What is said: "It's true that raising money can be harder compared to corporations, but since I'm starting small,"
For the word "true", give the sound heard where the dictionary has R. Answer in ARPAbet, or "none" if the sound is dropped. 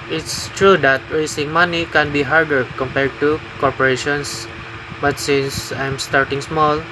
R